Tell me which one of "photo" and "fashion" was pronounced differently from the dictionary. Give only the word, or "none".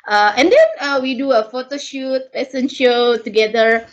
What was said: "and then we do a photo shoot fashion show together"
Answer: fashion